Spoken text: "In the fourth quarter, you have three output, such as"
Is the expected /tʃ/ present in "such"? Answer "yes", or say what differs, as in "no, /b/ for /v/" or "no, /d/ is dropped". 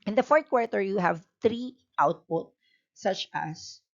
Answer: yes